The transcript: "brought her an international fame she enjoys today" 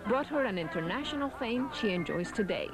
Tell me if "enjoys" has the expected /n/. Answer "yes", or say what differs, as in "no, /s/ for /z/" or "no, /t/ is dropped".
yes